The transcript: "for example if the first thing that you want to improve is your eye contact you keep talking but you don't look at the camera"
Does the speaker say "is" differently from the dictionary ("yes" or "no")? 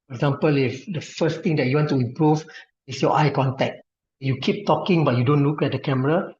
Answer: yes